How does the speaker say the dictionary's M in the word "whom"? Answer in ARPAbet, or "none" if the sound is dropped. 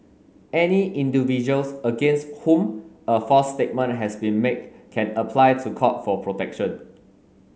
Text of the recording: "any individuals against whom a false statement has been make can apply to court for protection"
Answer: M